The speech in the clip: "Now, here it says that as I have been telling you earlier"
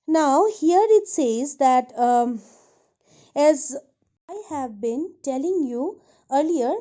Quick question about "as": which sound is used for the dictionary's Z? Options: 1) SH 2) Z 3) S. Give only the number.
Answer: 2